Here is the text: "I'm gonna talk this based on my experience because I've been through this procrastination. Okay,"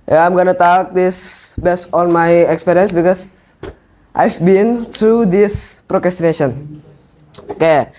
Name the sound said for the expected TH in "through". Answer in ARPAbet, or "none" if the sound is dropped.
T